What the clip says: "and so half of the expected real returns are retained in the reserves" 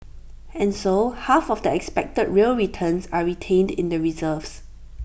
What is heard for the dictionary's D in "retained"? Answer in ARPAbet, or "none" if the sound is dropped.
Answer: D